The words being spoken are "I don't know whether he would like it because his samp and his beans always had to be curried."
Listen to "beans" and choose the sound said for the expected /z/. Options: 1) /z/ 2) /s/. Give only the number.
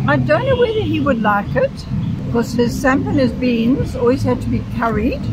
1